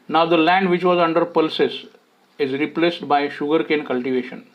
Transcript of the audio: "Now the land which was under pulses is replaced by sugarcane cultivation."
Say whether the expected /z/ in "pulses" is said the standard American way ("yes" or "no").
no